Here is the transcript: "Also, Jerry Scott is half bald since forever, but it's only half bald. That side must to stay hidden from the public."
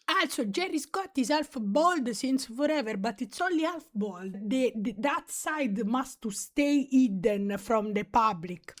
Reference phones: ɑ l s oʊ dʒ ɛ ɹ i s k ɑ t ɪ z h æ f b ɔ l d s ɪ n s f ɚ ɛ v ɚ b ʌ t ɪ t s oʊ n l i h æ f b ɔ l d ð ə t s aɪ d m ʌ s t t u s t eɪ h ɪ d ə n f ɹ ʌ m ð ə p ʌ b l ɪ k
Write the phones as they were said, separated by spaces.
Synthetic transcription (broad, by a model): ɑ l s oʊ dʒ ɛ ɹ i s k ɑ t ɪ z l f b ɔ l d s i n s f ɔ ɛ v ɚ b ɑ t ɪ t s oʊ l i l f b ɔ l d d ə t s aɪ d m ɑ s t t u s t eɪ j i d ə n f ɹ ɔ m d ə p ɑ b l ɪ k